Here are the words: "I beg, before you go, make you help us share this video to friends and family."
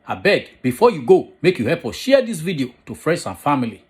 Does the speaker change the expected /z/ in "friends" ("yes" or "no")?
yes